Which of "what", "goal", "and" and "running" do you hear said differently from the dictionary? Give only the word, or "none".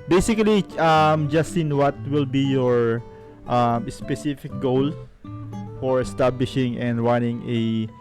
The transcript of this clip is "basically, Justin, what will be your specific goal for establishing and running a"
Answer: running